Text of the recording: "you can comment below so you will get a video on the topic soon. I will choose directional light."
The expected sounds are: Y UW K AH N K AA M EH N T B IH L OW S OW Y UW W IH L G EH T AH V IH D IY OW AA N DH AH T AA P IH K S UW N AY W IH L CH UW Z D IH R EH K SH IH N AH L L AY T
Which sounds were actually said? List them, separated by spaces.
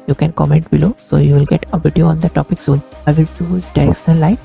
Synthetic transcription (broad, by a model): Y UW K AH N K AA M EH N T B IH L OW S OW Y UW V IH L G EH T AH V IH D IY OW AA N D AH T AA P IH K S UW N AY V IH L CH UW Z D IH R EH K S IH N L L AY T